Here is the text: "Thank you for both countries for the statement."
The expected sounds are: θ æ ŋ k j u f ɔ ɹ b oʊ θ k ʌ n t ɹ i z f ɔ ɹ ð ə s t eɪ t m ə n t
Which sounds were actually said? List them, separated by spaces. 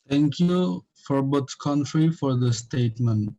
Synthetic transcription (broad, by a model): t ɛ ŋ k j u f ɔ ɹ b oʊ s k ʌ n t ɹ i f ɔ ɹ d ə s t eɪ t m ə n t